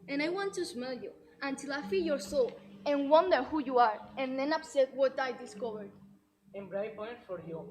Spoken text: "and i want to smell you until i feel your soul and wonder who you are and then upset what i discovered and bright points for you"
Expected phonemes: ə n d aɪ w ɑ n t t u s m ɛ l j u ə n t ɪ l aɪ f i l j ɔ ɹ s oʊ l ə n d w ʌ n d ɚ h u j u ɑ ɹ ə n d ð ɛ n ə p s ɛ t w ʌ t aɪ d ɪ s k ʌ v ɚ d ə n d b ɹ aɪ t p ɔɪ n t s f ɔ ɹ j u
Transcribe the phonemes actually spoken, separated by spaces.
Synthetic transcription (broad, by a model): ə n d aɪ w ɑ n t t u s m ɛ l j u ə n t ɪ l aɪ f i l j ɔ ɹ s oʊ l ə n w ʌ n d ɚ h u j u ɑ ɹ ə n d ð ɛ n ə p s ɛ t w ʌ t aɪ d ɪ s k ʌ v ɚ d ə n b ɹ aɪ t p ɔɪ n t f ɔ ɹ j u